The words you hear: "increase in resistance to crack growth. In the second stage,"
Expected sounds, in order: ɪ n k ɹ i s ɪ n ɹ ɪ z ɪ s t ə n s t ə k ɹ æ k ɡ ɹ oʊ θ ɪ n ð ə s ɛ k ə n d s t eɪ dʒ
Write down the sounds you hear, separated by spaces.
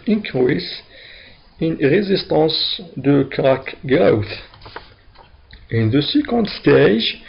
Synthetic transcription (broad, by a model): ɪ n k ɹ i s ɪ n ɹ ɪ z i s t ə s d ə k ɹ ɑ k ɡ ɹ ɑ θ ɪ n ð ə s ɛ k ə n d s t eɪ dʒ